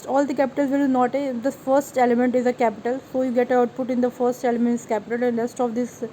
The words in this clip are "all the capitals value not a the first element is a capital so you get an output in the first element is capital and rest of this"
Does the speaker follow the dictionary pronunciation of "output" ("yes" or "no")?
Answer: yes